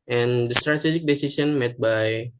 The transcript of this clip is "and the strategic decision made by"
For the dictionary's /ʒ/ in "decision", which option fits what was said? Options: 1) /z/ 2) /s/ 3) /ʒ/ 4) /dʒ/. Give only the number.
2